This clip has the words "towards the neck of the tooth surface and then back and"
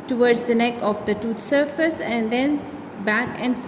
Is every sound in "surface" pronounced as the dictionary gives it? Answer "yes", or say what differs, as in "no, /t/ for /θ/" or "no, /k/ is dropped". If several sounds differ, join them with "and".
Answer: yes